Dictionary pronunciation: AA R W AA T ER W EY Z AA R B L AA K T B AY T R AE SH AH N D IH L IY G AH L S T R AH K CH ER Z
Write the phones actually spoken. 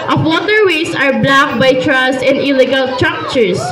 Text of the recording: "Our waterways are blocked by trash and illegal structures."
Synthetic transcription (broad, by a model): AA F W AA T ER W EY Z AA R B L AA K B AY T R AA S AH N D IH L IY G AH L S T R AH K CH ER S